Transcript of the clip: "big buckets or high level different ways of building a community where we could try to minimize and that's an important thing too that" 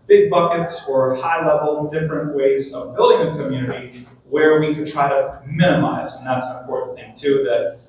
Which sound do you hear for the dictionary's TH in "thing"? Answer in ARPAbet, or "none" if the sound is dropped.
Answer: TH